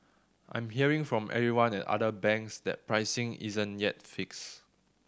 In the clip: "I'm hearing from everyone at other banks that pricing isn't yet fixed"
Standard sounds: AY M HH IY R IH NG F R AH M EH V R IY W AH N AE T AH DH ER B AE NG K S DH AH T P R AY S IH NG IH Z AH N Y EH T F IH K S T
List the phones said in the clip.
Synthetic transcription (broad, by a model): AY M HH IY R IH NG F R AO M EH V R IY W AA N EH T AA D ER B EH NG K S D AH T P R AY S IH NG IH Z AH N Y EH T F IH K S